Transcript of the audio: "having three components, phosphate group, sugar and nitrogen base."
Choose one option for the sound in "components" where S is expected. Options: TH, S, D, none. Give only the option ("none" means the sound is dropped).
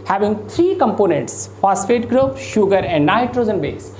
S